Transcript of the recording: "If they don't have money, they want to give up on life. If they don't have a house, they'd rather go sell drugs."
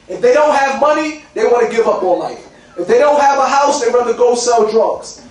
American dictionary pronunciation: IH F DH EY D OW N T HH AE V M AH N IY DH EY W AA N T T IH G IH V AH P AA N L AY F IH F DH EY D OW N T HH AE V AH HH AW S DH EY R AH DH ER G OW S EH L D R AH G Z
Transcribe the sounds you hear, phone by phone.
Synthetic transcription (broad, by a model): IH F DH EY D OW N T HH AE V M AH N IY DH EY W AA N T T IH G IH V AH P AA L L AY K IH F DH EY D OW N T HH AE V AH HH AW S DH EY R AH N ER G OW S EH L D R AH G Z